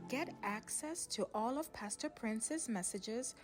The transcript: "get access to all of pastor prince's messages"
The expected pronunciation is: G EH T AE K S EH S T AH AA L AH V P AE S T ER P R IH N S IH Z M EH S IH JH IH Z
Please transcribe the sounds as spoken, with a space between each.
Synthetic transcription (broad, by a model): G EH T AE K S EH S T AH AA L AH V P AE S T ER P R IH N S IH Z M EH S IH JH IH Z